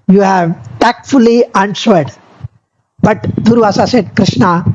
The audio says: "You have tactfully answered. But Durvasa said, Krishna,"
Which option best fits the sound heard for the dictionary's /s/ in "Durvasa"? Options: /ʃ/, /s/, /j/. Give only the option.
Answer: /s/